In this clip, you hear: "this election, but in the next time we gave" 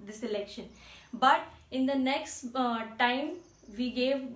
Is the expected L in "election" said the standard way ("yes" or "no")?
yes